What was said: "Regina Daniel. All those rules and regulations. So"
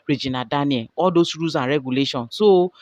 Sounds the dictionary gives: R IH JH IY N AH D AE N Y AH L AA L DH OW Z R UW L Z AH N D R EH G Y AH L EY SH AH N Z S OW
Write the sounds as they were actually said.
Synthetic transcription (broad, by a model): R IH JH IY N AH D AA N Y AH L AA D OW S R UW Z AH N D R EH G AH L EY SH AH N S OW